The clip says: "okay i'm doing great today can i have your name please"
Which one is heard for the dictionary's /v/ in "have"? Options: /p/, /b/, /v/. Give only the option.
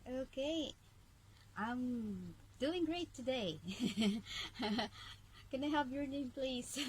/p/